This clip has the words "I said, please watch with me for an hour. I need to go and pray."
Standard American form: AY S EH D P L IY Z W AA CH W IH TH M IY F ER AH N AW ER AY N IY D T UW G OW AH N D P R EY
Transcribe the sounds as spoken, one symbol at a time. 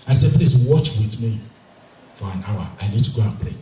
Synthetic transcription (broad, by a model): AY S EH P L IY S W AA CH W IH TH M IY F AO AH N AW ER AY N IY D T UW G OW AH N P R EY